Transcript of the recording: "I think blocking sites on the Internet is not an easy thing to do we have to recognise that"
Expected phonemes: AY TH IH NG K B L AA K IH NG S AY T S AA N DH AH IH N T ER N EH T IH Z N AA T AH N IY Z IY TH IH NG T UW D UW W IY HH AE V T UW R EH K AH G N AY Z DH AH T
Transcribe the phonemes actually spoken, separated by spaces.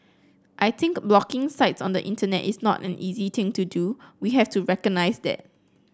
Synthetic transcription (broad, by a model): AY T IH NG K B L AA K IH NG S AY T S AA N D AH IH N T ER N EH T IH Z N AA T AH N IY Z IY T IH NG T UW D UW W IY HH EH F T UW R EH K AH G N AY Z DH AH T